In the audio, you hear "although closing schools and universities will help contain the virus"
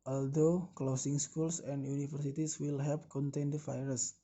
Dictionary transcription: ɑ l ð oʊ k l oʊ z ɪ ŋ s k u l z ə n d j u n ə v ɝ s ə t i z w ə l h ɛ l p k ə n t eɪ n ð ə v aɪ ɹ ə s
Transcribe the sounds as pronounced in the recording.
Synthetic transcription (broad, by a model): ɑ l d oʊ k l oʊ s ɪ ŋ s k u l s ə n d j u n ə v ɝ s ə t i s w ə l h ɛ p k ə n t eɪ n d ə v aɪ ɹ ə s